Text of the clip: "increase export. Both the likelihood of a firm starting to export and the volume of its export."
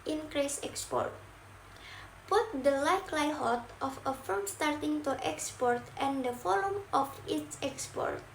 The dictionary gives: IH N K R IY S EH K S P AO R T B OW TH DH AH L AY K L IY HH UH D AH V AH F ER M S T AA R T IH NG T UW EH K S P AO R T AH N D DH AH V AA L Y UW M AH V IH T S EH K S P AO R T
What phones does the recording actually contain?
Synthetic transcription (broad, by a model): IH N K R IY S EH K S P AO R T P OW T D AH L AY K L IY HH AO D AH F AH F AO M S T AA R T IH NG T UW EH K S P AO R T AH N D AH F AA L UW M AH F IH T S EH K S P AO R T